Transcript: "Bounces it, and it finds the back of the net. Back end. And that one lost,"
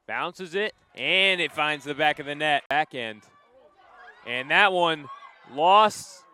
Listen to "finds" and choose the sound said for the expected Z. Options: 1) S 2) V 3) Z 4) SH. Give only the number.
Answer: 3